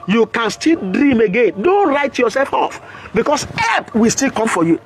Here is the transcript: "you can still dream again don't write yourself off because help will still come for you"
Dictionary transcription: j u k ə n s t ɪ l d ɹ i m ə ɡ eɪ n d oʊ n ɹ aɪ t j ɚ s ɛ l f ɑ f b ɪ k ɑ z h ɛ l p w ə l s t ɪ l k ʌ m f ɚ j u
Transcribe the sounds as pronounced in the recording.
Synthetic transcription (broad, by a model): j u k ə n s t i l d ɹ i m ə ɡ eɪ n d oʊ n ɹ aɪ t j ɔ s ɛ l f ɑ f b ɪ k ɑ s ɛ p w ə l s t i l k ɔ m f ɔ j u